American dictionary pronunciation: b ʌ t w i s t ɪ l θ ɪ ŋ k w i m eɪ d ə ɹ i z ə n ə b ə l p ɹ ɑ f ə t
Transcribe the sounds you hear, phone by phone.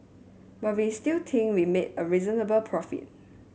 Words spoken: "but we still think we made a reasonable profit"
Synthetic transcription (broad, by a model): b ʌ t w i s t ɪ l t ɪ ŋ w i m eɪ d ə ɹ i z ə n ə b ə l p ɹ ɑ f ə t